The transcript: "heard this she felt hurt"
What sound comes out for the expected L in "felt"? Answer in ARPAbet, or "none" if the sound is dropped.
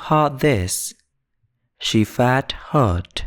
none